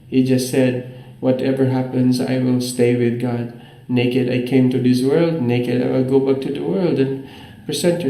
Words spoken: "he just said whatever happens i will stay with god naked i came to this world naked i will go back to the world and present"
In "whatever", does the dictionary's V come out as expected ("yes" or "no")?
yes